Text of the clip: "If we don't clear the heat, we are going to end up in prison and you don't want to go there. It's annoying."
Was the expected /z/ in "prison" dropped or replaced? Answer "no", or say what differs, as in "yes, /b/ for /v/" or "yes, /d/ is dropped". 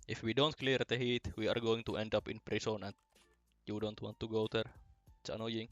yes, /s/ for /z/